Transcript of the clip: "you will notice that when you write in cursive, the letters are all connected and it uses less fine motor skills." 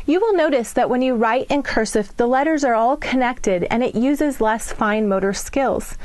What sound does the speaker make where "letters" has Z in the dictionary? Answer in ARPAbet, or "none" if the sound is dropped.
Z